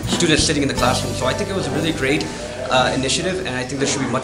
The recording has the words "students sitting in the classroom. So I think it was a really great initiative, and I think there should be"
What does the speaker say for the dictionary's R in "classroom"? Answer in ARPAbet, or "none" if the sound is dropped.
R